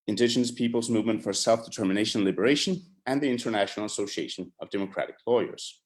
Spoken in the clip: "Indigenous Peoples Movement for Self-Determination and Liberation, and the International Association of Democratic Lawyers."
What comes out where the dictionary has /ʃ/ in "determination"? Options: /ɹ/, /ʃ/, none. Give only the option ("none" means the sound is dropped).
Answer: none